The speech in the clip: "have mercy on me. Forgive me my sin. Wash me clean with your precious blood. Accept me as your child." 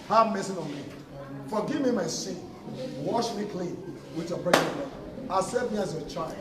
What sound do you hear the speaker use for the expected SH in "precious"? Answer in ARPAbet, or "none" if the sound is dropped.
none